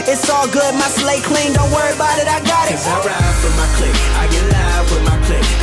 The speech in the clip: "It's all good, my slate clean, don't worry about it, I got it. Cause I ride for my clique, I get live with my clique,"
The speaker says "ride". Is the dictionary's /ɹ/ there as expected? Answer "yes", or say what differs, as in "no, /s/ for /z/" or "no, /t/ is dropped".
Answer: no, /w/ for /ɹ/